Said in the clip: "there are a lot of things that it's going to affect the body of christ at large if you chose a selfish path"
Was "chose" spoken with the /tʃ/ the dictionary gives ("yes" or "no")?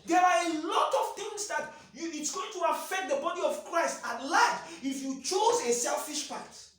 yes